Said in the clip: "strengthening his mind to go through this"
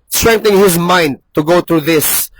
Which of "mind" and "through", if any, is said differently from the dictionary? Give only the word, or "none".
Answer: through